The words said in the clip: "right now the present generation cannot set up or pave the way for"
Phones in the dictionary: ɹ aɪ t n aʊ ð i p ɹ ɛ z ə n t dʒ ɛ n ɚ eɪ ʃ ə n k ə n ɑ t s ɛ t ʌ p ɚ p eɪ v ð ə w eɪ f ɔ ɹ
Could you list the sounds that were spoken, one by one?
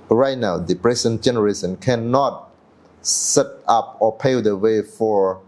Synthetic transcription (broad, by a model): ɹ aɪ t n aʊ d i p ɹ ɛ s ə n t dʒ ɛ n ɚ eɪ s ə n k ə n ɑ t s ɛ t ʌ p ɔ p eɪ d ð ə w eɪ f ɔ ɹ